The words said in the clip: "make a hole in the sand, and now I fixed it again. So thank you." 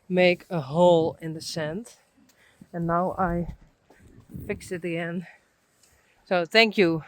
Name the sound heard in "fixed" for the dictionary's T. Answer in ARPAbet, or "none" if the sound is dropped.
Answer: none